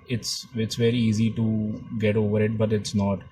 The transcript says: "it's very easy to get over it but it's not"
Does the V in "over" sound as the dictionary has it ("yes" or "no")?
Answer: yes